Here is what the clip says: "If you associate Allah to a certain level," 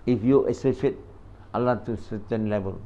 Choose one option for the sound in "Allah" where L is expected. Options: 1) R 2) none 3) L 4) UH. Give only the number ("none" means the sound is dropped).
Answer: 3